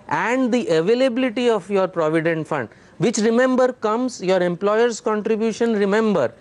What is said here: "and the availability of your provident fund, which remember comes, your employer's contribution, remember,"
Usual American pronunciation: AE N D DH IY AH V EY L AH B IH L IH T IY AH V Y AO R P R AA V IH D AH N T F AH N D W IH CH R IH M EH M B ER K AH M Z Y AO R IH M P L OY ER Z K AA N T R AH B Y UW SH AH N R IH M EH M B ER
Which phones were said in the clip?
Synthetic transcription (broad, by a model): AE N D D IY AH V EY L AH B IH L IH T IY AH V Y AO R P R AA V IH D AH N T F AH N D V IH CH R IH M EH M B ER K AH M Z Y AO R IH M P L OY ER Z K AA N T R AH B Y UW SH AH N R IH M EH M B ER